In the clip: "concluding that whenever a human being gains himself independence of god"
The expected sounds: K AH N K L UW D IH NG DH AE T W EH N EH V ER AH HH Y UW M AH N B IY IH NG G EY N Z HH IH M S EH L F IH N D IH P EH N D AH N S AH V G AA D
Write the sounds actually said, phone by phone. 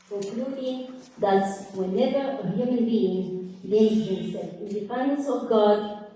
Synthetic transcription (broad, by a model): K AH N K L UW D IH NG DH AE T W EH N EH V ER AH HH Y UW M AH N B IY IH NG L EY Z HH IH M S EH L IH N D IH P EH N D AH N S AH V G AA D